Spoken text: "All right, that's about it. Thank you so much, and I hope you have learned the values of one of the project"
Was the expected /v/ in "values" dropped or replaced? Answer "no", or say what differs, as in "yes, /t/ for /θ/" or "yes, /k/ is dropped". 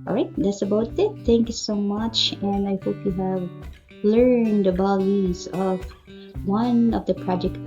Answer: yes, /b/ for /v/